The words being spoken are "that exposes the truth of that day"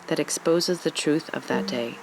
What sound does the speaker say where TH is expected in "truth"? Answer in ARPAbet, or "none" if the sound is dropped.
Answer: TH